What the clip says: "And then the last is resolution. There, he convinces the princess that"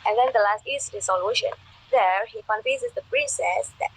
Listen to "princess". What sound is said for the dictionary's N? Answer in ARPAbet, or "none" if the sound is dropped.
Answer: none